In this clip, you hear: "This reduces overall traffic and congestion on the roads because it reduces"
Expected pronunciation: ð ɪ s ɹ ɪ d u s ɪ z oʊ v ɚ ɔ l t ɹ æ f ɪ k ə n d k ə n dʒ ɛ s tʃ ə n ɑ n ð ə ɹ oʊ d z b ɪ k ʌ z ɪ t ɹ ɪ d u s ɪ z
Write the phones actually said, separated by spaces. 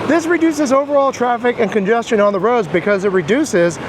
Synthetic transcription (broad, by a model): ð ɪ s ɹ ɪ d u s ɪ z oʊ v ɚ ɔ l t ɹ æ f ɪ k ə n k ə n dʒ ɛ s tʃ ə n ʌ n ð ə ɹ oʊ d z b ɪ k ʌ z ɪ t ɹ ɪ d u s ɪ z